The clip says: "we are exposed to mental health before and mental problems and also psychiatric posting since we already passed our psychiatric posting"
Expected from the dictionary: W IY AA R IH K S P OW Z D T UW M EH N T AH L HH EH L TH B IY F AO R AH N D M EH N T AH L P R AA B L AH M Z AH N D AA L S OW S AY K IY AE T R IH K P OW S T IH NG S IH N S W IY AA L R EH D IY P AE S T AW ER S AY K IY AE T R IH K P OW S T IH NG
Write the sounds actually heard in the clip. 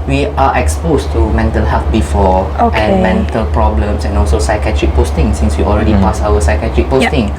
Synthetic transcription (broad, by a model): W IY AA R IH K S P OW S T UW M EH N T AH L HH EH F B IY F AO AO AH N M EH N T AH L P R AA B L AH M S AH N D AA L S OW S AY K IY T R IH K P OW S T IH NG S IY N S W IY AA L R EH D IY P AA S AW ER S AY K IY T R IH K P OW T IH NG